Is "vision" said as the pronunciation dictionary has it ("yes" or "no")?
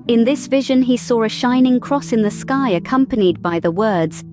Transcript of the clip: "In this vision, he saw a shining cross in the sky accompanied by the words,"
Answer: yes